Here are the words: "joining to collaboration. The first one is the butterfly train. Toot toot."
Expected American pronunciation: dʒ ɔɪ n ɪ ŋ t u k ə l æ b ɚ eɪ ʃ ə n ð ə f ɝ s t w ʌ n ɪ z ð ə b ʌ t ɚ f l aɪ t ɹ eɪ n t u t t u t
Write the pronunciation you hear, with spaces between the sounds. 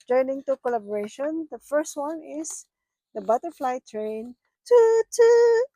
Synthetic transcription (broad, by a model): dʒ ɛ n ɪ ŋ t u k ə l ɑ b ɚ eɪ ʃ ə n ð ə f ɝ s t w ʌ n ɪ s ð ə b ʌ t ɚ f l aɪ t ɹ eɪ n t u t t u